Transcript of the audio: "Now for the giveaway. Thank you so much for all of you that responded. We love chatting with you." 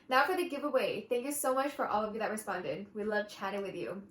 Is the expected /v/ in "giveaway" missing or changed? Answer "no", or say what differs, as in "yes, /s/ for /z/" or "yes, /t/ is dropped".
no